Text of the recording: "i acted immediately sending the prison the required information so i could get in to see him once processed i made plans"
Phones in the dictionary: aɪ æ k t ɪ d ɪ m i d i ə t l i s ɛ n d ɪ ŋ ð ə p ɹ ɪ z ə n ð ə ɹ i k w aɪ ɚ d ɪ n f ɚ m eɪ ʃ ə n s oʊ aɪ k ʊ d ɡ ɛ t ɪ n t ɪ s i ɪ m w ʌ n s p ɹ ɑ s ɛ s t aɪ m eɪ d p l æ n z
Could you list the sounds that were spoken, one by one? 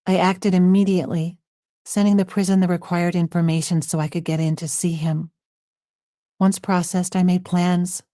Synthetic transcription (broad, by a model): aɪ æ k t ɪ d ɪ m i d i ə t l i s ɛ n d ɪ ŋ ð ə p ɹ ɪ z ə n ð ə ɹ i k w aɪ ɚ d ɪ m f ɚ m eɪ ʃ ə n s oʊ aɪ k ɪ d ɡ ɛ t ɪ n t ɪ s i ɪ m w ʌ n s p ɹ ɑ s ɛ s t aɪ m eɪ d p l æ n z